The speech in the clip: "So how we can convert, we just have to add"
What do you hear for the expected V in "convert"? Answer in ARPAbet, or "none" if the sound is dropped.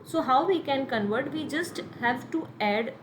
V